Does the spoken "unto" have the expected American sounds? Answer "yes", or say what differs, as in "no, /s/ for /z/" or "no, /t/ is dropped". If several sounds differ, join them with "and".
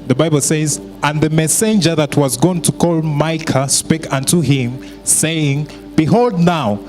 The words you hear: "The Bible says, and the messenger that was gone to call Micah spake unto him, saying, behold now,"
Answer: yes